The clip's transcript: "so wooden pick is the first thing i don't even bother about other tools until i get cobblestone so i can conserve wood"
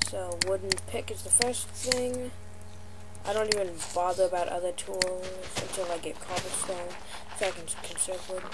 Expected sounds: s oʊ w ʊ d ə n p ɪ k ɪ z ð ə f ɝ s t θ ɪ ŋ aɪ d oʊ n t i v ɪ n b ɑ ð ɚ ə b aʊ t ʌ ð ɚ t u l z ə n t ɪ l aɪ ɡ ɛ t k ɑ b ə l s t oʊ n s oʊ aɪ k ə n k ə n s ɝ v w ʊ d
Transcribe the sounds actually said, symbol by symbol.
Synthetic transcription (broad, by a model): s oʊ w ʊ d n p ɪ k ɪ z ð ə f ɝ s θ ɪ ŋ aɪ d oʊ n t i v ɪ n b ɑ ð ɚ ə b aʊ t ʌ ð ɚ t u l z ə n t ɪ l aɪ ɡ ɛ t k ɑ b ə s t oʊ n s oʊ k ə n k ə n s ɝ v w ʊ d